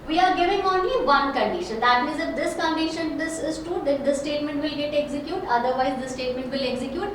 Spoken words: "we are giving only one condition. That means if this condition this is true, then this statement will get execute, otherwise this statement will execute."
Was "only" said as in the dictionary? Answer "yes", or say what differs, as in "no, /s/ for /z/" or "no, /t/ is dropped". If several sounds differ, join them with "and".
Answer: no, /l/ is dropped